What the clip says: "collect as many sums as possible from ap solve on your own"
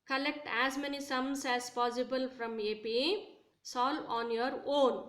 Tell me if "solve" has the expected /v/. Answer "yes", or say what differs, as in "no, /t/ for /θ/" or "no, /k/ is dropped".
no, /v/ is dropped